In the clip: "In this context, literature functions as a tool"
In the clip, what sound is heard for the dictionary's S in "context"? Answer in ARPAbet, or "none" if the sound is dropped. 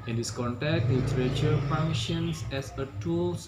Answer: none